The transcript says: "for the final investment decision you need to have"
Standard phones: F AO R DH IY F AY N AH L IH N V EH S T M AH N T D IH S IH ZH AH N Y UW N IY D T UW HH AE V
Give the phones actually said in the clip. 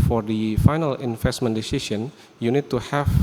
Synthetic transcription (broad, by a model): F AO R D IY F AY N AH L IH N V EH S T M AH N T D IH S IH S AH N Y UW N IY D T UW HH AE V